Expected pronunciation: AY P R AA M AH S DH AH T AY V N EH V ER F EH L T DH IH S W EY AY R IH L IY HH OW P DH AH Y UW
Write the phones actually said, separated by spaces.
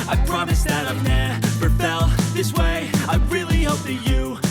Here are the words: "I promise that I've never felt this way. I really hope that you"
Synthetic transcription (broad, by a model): AY P R AA M AH S DH AH T AY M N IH P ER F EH L DH IH S W EY AY R IH L IY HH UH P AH Y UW